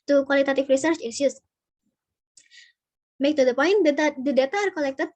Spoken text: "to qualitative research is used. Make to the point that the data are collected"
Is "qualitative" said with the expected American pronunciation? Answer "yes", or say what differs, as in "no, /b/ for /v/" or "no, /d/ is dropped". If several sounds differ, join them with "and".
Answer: no, /f/ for /v/